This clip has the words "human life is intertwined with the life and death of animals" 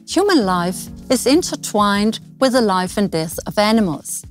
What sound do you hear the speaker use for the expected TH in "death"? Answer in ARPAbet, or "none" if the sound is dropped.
TH